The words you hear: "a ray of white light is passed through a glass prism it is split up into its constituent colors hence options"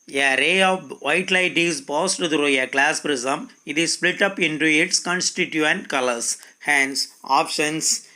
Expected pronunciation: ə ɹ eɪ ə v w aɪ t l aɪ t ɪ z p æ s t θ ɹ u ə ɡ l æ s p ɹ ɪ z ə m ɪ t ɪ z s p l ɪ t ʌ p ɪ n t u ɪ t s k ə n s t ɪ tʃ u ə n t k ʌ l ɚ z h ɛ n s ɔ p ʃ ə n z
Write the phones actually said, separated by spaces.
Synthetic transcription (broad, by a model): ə ɹ eɪ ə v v aɪ t l aɪ t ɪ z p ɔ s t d ɹ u ə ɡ l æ s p ɹ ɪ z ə m ɪ t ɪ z s p l ɪ t ʌ p ɪ n t u ɪ t s k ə n s t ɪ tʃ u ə n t k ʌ l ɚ s h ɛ n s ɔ p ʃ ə n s